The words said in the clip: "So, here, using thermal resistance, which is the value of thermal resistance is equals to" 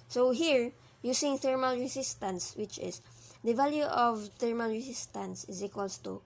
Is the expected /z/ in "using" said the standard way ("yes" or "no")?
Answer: no